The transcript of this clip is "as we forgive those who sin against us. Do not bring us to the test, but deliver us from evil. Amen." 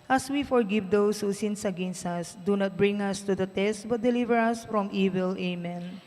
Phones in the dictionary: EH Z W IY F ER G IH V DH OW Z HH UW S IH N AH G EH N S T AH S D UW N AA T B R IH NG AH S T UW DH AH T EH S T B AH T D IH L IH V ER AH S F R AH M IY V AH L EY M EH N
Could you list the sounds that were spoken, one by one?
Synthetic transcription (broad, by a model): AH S W IY F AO G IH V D OW S HH UW S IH N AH G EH N S AH S D UW N AA T B R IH NG AH S T UW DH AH T EH S T B AH T D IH L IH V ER AH S F R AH M IY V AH L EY M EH N